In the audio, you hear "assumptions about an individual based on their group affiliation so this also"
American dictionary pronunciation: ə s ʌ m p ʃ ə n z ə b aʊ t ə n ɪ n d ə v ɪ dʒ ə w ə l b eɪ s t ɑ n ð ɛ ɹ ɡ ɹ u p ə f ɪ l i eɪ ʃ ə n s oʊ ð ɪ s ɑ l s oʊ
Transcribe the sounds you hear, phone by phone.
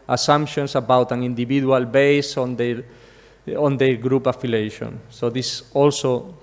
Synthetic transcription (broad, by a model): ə s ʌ m p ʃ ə n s ə b aʊ t ə n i n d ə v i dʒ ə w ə l b eɪ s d ɑ n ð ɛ ɡ ɹ u p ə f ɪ l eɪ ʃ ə n s oʊ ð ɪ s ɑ l s oʊ